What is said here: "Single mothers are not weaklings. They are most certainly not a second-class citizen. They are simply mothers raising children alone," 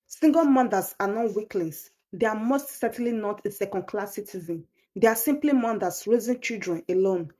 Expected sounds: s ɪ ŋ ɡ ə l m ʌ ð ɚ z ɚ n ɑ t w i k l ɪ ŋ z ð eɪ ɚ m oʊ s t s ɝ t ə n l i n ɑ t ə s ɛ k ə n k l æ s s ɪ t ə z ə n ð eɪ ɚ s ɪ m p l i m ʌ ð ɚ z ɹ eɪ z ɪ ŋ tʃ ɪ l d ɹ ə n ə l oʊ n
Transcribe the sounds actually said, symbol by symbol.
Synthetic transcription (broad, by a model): s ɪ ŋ ɡ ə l m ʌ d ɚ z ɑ n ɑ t w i k l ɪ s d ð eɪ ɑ m oʊ s t s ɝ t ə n l i n ɑ t ə s ɛ k ə n k l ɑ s s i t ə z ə n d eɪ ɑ s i m p l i m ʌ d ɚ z ɹ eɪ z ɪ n tʃ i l d ɹ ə n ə l oʊ n